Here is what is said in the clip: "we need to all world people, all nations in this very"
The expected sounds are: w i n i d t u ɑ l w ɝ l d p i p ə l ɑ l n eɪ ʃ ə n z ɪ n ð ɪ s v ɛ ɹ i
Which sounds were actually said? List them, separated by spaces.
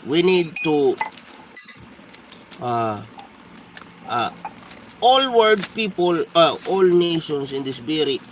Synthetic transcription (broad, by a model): w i n i d t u ɑ l w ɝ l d p i p ə l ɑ l n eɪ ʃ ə n s ɪ n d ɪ s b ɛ ɹ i